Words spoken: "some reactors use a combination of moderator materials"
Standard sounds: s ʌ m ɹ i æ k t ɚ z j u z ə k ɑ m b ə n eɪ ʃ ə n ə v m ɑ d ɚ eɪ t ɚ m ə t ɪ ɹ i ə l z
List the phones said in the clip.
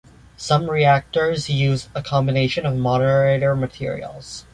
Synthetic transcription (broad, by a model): s ʌ m ɹ i æ k t ɚ z j u z ə k ɑ m b ə n eɪ ʃ ə n ə v m ɑ d ɚ eɪ t ɚ m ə t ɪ ɹ i l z